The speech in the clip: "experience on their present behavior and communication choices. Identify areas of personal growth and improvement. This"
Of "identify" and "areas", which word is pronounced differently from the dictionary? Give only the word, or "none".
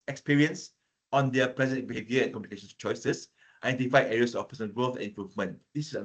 areas